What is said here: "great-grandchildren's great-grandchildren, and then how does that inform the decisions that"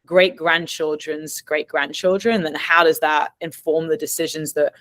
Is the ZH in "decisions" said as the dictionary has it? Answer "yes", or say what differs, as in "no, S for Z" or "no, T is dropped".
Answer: yes